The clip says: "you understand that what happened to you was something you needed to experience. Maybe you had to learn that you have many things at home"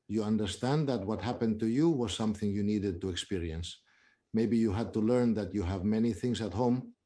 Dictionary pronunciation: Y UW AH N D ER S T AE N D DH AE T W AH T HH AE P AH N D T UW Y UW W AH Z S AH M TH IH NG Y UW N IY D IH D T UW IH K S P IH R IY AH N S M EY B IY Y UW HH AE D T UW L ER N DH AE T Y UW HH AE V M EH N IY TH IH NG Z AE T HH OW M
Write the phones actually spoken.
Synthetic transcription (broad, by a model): Y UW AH N D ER S T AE N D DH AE T W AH T HH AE P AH N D T UW Y UW W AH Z S AH M TH IH NG Y UW N IY D IH D T UW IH K S P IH R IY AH N S M EY B IY Y UW HH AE D T UW L ER N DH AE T Y UW HH AE V M EH N IY TH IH NG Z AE T HH OW M